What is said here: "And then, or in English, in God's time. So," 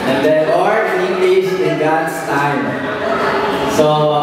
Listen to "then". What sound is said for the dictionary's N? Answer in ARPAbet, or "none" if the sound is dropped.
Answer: none